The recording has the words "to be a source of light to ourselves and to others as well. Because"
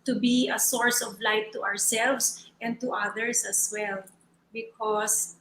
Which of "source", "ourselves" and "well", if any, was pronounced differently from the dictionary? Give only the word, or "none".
ourselves